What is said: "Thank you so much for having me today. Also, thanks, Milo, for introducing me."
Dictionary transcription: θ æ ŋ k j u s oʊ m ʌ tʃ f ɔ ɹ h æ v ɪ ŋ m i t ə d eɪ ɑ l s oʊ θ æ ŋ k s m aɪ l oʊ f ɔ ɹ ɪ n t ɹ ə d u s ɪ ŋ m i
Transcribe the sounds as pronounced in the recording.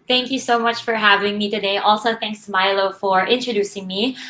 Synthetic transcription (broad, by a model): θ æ ŋ k j u s oʊ m ʌ tʃ f ɔ ɹ h æ v ɪ ŋ m i t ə d eɪ ɑ l s oʊ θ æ ŋ k s m aɪ l oʊ f ɔ ɹ ɪ n t ɹ ə d u s ɪ ŋ m i